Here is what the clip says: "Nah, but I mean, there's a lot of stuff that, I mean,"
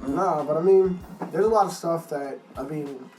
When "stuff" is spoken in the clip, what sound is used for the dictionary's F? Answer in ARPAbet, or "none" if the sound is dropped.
F